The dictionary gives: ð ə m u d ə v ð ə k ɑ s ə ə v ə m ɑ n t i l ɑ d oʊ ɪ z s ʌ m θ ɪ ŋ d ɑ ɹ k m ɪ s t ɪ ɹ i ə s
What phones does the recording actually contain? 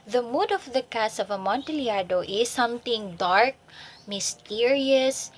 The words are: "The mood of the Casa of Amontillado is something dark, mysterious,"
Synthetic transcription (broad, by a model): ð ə m u d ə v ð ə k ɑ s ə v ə m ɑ n t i l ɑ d oʊ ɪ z s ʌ m t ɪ ŋ d ɑ ɹ k m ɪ s t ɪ ɹ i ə s